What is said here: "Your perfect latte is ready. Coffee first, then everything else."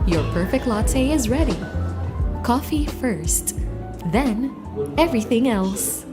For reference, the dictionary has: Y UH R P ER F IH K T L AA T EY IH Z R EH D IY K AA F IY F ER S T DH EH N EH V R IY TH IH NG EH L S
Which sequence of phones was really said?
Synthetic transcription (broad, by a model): Y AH R P ER F IH K T L AA T EY IH Z R EH D IY K AA F IY F ER S T DH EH N EH V R IY TH IH NG EH L S